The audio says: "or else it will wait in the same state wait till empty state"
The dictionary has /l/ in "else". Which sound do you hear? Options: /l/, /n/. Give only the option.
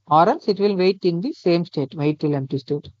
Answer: /n/